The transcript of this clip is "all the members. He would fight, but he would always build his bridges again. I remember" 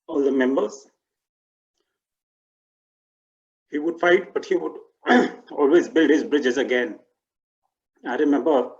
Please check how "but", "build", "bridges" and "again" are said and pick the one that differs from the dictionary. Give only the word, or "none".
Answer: none